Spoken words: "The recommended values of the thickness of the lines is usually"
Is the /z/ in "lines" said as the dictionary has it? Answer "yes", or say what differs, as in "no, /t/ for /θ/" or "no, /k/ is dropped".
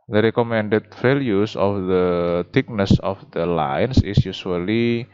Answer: no, /s/ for /z/